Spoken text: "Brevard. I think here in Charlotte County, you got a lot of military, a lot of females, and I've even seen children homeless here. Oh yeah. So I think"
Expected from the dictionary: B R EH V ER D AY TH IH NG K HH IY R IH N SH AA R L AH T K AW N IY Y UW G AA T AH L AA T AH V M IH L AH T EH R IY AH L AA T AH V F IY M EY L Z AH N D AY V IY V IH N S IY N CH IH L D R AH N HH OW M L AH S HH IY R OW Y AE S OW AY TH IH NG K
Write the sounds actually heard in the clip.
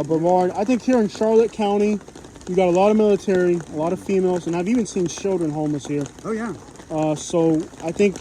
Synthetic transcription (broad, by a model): B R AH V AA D AY TH IH NG K HH IY R IH N SH AA R L AH T K AW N IY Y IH G AA T AH L AA T AH V M IH L AH T EH R IY AH L AA T AH V F IY M EY L Z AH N AY V IY V IH N S IY N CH IH L D R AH N HH OW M AH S HH IY R OW Y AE S OW AY TH IH NG K